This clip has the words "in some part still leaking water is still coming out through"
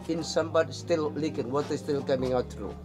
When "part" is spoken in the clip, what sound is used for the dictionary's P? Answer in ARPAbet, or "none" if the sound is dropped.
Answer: B